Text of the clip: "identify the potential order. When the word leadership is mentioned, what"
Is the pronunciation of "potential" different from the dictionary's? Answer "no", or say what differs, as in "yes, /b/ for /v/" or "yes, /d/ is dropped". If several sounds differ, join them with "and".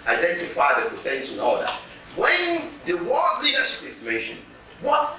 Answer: yes, /n/ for /l/